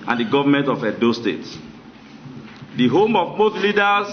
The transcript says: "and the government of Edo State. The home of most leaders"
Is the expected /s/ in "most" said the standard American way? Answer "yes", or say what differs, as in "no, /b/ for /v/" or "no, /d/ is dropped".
no, /θ/ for /s/